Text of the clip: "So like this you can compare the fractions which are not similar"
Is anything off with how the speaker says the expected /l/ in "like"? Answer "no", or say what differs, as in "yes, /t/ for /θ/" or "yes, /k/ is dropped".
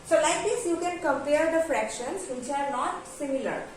no